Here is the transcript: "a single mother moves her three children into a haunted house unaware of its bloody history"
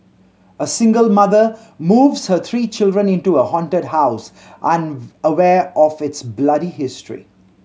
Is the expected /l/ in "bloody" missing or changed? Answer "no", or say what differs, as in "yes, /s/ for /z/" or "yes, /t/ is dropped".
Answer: no